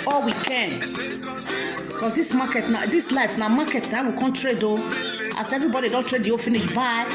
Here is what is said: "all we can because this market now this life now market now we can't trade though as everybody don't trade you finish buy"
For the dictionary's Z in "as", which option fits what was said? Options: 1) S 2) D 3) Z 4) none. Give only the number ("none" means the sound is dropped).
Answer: 1